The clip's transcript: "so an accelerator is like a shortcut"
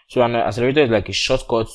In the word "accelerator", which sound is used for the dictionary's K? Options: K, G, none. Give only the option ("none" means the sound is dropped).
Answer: none